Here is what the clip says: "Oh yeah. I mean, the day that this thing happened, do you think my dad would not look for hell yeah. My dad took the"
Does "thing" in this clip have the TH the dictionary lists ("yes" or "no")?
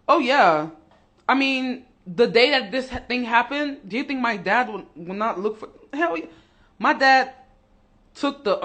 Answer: yes